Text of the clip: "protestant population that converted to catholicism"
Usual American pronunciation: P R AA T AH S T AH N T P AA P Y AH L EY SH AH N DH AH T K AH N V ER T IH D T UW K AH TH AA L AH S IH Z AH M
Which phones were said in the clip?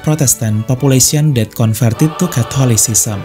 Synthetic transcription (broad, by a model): P R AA T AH S T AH N P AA P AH L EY S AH N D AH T K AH N F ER T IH T UW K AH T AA L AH S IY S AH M